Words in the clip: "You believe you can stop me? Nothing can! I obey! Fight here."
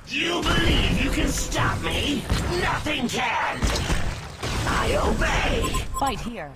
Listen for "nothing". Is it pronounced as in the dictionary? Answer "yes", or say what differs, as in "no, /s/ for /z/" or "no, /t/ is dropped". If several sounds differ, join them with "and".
yes